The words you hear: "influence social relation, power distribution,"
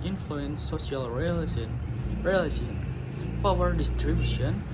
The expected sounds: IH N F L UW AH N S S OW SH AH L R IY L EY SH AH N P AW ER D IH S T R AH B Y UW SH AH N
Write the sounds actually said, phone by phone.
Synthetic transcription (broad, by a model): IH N F L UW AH N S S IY AH L R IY L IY S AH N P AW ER D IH S T R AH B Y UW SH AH N